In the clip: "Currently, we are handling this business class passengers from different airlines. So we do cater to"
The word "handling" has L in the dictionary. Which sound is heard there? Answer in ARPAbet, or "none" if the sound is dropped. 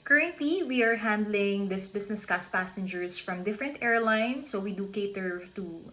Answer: L